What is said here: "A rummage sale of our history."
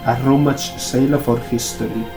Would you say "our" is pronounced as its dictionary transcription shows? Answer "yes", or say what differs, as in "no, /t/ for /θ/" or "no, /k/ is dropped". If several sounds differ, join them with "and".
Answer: yes